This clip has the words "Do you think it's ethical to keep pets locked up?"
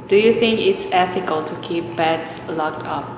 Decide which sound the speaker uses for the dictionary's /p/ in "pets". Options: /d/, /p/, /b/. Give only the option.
/b/